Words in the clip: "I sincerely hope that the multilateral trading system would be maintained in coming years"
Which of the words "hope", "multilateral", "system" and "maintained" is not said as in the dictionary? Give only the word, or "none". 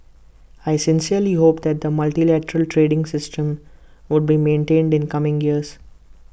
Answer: none